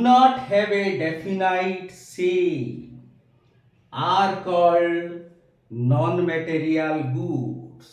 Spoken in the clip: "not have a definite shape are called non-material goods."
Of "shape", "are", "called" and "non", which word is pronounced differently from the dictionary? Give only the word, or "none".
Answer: shape